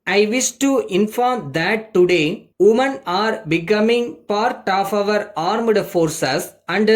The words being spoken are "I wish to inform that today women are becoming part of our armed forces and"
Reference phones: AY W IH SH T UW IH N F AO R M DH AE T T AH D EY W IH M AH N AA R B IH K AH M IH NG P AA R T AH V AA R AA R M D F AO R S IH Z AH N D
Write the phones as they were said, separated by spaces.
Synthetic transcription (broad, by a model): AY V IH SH T UW IH N F AO R M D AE T T AH D EY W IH M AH N AA R B IH K AH M IH NG P AA R T AH V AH R AA R M D F AO R S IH S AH N D